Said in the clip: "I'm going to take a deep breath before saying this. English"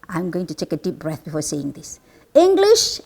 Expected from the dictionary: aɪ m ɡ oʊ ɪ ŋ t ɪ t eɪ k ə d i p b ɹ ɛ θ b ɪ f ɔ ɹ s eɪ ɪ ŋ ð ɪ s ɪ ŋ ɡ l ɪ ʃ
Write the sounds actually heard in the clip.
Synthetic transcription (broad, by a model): aɪ m ɡ oʊ ɪ ŋ t ɪ t eɪ k ə d i p b ɹ ɛ θ b ɪ f ɔ ɹ s eɪ ɪ ŋ ð ɪ s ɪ ŋ ɡ l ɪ ʃ